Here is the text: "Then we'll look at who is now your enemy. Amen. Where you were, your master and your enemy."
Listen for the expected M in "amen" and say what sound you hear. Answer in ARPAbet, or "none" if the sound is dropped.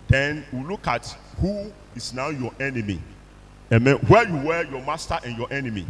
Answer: M